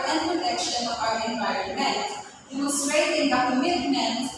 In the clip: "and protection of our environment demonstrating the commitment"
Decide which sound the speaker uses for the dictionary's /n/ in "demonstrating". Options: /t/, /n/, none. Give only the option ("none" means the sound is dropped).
none